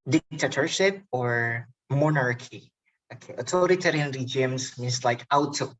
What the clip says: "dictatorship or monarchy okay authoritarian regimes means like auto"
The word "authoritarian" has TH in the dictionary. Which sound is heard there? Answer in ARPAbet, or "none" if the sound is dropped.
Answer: T